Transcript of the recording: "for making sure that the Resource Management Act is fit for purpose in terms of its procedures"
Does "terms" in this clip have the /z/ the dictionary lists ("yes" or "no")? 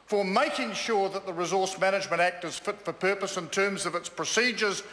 yes